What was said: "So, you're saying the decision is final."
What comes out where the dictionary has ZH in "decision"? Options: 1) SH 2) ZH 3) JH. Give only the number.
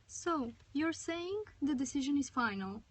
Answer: 2